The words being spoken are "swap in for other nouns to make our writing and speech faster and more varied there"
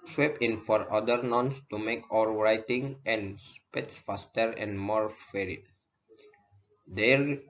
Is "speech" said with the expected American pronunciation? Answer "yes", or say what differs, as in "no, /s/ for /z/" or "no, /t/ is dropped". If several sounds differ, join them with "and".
no, /s/ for /tʃ/